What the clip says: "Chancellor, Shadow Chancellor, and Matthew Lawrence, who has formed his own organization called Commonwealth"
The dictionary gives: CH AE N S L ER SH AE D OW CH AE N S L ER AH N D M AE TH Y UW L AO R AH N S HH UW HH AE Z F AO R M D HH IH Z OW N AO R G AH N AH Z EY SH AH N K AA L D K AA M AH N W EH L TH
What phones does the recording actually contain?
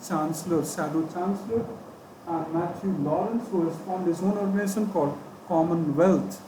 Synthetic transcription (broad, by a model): CH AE N S L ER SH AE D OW CH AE N S L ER AH N D M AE T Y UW L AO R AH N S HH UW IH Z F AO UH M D HH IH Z OW N AO R G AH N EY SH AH N K AA L D K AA M AH N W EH L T